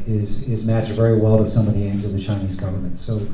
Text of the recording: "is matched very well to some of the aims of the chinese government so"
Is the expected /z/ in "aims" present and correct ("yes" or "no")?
yes